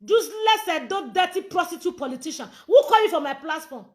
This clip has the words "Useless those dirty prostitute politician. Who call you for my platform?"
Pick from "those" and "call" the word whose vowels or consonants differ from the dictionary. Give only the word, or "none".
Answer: those